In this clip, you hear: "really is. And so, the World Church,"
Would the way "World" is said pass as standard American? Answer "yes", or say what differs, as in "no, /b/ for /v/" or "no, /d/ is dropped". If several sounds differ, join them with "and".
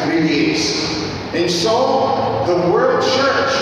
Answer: no, /l/ is dropped